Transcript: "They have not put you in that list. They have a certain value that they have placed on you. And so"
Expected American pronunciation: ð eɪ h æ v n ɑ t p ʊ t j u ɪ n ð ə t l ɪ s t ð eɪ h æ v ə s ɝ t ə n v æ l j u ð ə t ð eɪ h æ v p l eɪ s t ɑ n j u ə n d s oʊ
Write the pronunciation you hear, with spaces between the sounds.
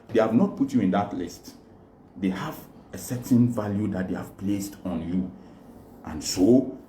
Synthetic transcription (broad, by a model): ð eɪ h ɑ v n ɑ t p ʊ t j u ɪ n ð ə t l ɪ s t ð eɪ h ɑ v ə s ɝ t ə n v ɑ l j u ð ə t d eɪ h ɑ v p l eɪ s t ɑ n j u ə n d s oʊ